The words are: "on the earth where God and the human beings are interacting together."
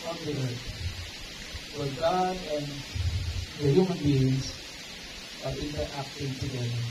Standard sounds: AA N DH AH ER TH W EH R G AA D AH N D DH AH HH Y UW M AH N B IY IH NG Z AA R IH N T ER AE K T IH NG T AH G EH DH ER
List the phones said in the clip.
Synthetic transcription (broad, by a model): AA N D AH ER T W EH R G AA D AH N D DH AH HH Y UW M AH N B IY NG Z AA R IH N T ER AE K T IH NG T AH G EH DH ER